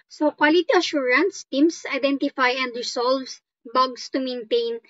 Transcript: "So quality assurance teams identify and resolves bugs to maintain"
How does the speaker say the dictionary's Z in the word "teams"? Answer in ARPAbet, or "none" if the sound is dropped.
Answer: S